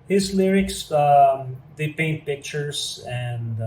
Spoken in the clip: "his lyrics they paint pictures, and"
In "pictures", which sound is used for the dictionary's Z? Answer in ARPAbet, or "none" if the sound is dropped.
S